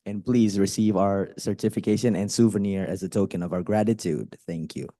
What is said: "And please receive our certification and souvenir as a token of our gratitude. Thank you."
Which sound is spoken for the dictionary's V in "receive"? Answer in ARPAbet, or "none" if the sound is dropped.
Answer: V